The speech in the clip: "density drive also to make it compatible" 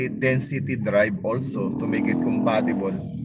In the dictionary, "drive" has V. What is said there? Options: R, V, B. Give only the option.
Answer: B